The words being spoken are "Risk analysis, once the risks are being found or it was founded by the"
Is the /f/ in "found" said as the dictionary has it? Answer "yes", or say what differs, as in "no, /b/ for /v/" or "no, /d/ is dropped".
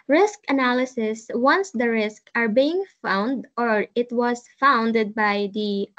yes